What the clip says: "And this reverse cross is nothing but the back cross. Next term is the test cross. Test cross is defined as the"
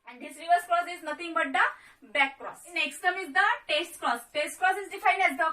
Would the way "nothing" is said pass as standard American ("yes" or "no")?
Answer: no